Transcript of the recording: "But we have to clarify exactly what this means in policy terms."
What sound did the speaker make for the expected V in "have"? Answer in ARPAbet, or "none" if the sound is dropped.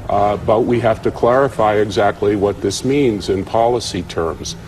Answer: F